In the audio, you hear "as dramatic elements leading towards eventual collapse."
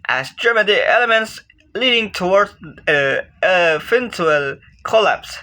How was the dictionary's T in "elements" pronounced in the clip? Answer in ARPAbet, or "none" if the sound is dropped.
T